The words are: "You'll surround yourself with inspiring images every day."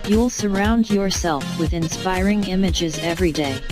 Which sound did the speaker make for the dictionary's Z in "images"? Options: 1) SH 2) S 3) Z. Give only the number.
3